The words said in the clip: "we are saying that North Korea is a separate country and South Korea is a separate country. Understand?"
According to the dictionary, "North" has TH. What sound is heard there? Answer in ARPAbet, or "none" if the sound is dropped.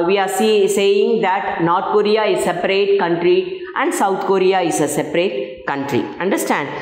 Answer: T